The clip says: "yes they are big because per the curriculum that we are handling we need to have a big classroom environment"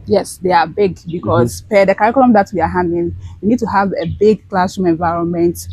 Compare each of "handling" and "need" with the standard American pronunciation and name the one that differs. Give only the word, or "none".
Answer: handling